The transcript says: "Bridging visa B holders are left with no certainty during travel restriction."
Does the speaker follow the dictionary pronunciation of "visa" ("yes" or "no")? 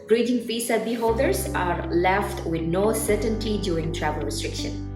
no